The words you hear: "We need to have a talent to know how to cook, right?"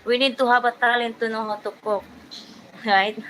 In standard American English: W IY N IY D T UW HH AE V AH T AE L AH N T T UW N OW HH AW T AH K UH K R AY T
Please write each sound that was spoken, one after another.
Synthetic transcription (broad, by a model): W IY N IY D T UW HH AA B AH T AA L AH N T T UW N OW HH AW T AH K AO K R AY T